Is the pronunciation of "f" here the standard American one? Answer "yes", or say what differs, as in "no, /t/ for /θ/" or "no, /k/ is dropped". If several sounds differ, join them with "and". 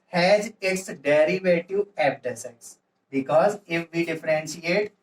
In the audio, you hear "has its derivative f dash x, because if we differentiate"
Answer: no, /p/ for /f/